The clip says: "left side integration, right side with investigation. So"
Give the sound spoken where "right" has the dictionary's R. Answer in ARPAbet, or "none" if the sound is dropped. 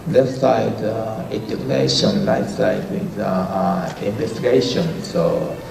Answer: L